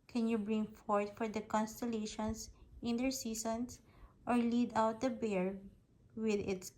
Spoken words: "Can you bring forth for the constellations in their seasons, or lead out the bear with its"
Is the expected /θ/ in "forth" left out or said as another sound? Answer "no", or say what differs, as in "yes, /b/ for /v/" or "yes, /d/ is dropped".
yes, /t/ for /θ/